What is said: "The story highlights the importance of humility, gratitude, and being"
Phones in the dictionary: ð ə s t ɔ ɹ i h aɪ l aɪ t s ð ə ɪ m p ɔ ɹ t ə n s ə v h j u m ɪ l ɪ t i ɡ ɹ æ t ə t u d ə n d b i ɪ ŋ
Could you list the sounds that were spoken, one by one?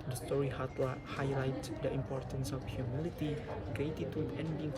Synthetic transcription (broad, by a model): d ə s t ɔ ɹ i h aɪ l aɪ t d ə ɪ m p ɔ ɹ t ə n s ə f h j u m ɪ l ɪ t i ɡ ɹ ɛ t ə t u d ə n d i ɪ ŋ